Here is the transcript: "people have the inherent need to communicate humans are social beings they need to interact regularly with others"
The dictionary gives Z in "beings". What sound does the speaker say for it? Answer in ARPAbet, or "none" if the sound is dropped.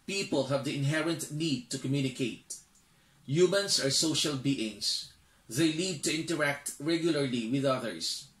S